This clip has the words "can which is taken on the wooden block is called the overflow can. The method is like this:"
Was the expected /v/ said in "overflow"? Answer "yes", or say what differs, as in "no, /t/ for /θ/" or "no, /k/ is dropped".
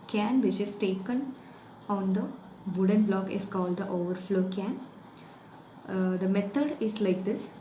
yes